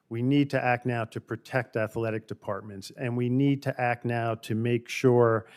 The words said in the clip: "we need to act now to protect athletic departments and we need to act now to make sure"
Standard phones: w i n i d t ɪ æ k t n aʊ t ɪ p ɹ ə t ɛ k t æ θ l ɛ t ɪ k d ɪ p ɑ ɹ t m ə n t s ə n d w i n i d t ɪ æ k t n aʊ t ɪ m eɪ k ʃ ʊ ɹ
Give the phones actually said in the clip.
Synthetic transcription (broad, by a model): w i n i d t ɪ æ k t n aʊ t ɪ p ɹ ə t ɛ k t æ θ l ɛ t ɪ k d ɪ p ɑ ɹ t m ə n t s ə n w i n i d t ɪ æ k t n aʊ t ɪ m eɪ k ʃ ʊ ɹ